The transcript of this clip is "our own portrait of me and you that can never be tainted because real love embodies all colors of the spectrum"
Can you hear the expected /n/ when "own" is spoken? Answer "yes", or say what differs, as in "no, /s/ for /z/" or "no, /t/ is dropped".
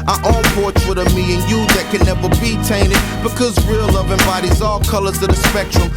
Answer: no, /l/ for /n/